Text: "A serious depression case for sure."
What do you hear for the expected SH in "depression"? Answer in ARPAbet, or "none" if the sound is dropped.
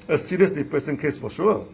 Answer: S